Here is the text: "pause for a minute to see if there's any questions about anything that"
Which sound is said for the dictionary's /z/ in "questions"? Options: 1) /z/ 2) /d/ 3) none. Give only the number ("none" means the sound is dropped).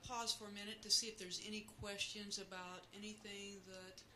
1